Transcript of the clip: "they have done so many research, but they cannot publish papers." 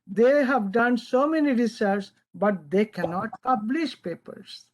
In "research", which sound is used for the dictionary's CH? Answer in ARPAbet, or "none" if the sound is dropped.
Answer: S